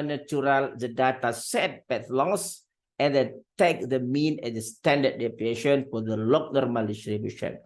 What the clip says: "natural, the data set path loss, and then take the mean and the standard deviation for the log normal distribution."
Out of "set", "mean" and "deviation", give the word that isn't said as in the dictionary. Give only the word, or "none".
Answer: deviation